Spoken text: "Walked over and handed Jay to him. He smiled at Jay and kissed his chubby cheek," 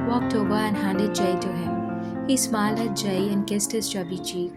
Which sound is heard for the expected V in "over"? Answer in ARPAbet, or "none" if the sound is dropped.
B